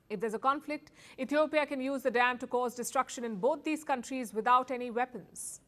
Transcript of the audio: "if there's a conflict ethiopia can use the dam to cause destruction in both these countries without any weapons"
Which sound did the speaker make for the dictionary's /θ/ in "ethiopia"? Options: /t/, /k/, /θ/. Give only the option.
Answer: /t/